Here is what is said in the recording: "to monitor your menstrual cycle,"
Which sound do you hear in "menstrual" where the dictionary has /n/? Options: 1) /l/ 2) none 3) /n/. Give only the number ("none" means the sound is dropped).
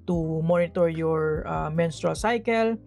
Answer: 3